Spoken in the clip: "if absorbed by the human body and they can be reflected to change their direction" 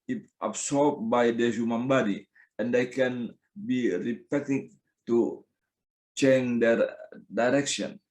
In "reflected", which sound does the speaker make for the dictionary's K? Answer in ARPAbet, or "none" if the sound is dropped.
none